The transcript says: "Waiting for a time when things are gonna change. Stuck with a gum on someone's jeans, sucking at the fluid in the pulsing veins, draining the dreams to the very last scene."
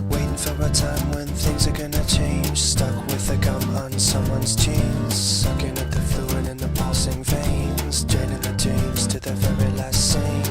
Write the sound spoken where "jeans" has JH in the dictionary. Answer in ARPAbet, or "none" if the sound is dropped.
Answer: CH